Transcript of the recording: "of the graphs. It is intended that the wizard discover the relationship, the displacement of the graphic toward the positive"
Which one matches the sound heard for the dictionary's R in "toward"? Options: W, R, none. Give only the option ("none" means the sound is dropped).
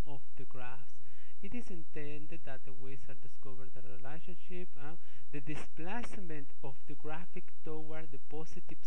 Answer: W